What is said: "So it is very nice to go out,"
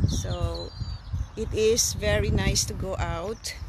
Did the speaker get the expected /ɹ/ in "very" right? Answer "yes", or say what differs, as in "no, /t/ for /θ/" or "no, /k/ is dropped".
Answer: yes